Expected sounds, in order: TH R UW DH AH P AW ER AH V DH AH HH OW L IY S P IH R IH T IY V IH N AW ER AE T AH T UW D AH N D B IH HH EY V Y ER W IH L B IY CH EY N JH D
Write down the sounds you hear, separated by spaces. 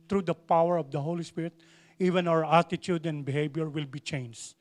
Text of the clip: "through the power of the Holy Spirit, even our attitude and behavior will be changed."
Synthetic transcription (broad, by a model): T R UW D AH P AW ER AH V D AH HH OW L IY S P IH R IH T IY V IH N AW ER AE T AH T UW D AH N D B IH HH EY B Y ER W IH L B IY CH EY N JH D